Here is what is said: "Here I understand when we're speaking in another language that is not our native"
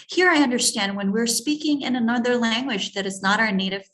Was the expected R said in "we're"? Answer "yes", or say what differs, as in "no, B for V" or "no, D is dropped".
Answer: yes